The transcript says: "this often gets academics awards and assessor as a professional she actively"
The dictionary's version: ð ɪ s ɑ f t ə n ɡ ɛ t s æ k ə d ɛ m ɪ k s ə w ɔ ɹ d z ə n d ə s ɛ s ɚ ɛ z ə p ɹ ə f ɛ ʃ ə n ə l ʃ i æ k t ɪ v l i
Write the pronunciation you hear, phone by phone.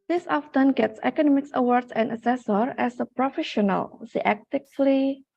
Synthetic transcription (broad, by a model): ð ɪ s ɑ f t ə n ɡ ɛ t s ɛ k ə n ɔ m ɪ k s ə w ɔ ɹ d s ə n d ə s ɛ s ɚ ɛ s ə p ɹ ə f ɛ ʃ ə n ə l s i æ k t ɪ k l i